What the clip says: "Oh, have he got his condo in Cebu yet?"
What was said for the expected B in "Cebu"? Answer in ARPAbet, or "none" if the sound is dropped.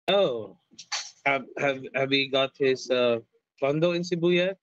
B